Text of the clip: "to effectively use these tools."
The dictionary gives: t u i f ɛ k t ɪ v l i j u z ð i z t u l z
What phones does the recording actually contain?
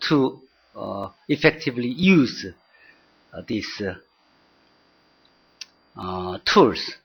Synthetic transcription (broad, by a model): t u i f ɛ k t ɪ v l i j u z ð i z t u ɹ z